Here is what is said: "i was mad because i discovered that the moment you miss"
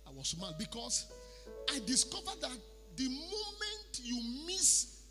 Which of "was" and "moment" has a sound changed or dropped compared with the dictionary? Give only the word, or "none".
was